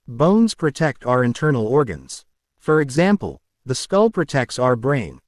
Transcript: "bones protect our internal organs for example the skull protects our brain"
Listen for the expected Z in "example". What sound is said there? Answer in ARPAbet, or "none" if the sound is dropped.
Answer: Z